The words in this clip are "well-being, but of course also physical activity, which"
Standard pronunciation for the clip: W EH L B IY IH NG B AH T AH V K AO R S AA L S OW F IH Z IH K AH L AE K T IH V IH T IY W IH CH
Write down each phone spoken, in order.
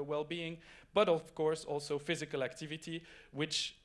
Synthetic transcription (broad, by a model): W EH L B IY IH NG B AH T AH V K AO R S AA L S OW F IH Z IH K AH L AE K T IH V IH T IY W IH CH